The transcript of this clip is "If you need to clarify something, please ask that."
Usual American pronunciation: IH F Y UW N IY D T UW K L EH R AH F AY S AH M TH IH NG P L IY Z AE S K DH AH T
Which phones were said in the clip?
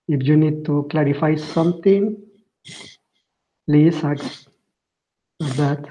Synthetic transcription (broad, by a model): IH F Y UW N IY D T UW K L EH R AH F AY S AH M T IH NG P L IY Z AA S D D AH T